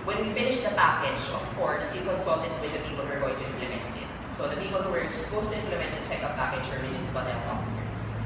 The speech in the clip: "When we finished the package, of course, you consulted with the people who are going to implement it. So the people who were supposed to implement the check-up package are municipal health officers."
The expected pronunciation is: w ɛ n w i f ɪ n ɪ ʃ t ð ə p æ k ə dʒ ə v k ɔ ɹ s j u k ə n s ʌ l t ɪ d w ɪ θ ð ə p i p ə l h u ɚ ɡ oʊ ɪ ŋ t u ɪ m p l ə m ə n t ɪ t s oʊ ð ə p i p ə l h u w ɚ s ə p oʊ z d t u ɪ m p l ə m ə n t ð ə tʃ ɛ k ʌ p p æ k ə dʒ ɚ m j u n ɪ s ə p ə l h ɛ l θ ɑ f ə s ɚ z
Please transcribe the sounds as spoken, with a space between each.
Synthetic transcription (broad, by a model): w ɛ n w i f ɪ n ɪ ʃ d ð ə p æ k ə dʒ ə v k ɔ ɹ s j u k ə n s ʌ l t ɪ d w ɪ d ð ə p i p ə l h u ɚ ɡ oʊ ɪ ŋ t u ɪ m p l ə m ə n t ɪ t s oʊ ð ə p i p ə l h u w ɚ s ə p oʊ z t u ɪ m p l ə m ə n t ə tʃ ɛ k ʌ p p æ k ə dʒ ɚ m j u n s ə b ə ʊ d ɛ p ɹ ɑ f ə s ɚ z